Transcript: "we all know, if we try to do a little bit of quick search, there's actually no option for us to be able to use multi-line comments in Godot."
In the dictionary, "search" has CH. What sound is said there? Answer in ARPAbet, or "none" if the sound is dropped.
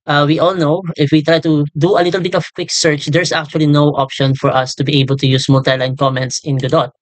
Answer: CH